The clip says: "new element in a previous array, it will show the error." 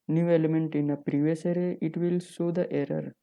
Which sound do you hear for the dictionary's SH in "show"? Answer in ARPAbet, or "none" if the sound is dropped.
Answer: S